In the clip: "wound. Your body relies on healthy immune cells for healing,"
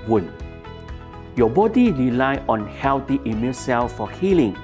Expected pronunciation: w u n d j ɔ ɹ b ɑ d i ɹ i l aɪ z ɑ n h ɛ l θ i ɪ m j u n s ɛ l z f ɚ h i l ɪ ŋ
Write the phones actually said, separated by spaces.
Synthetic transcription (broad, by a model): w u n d j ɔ b ɑ d i ɹ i l aɪ ɑ n h ɛ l t i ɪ m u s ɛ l s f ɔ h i l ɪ ŋ